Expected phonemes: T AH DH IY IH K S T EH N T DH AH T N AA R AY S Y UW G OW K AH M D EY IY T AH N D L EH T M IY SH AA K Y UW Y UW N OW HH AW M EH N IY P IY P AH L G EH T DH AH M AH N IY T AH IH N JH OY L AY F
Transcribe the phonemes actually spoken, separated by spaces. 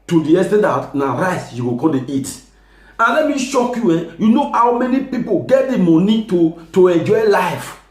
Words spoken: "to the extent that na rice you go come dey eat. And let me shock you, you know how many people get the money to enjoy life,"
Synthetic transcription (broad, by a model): T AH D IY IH S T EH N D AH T N AA R AY S Y UW G OW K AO D EY IY T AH N L EH T M IY SH AA K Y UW Y UW N OW HH AW M EH N IY P IY P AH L G EH T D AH M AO N IY T AH IH N JH OY L AY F